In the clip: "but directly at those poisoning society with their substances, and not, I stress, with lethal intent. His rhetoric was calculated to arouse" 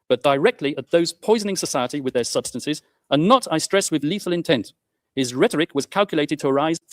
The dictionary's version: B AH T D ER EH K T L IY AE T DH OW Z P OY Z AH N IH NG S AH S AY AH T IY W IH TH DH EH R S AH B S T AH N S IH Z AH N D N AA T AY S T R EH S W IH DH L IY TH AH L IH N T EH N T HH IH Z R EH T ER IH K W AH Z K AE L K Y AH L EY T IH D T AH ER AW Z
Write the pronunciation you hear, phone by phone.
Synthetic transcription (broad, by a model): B AH T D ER EH K T L IY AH T DH OW Z P OY Z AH N IH NG S AH S AY AH T IY W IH DH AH R S AH B S T AH N S IH Z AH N N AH T AY S T R EH S W IH DH L IY TH AH L IH N T EH N T HH IH Z R EH T ER IH K W AH Z K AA L K Y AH L EY T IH D T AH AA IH Z